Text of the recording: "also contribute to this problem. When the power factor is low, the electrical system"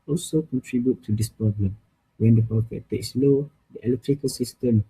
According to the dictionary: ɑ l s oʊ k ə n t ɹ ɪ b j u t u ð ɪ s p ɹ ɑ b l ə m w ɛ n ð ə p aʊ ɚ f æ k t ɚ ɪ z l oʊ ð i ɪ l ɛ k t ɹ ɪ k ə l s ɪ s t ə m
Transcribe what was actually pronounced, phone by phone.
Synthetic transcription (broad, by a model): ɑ l s oʊ k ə n t ɹ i b j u t u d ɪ s p ɹ ɑ b l ə m w ɛ n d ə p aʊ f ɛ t t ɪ s l oʊ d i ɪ l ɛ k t ɹ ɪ k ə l s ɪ s t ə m